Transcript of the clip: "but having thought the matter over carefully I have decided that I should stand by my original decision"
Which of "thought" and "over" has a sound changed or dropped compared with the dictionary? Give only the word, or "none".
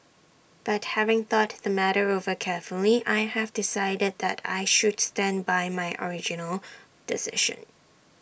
none